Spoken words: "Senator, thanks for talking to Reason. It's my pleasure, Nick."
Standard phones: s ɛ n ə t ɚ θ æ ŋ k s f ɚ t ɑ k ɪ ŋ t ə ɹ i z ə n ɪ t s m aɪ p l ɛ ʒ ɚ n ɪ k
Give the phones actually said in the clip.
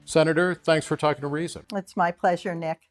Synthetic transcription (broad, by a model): s ɛ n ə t ɚ θ æ ŋ k s f ɚ t ɑ k ɪ ŋ t ə ɹ i z ə n ɪ t s m aɪ p l ɛ ʒ ɚ n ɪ k